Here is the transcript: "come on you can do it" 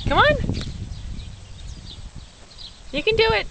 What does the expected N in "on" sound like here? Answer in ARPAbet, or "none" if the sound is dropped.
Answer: N